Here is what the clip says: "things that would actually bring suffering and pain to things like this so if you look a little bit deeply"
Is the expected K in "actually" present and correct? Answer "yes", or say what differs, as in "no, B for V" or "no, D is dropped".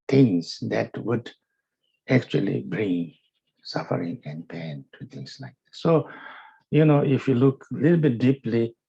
yes